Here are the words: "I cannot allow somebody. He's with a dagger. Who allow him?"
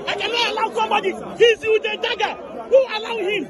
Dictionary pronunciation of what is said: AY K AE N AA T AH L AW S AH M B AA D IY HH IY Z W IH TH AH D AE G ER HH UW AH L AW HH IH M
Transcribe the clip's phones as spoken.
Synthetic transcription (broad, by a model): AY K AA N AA AH L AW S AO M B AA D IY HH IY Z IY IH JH AH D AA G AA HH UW AH L AW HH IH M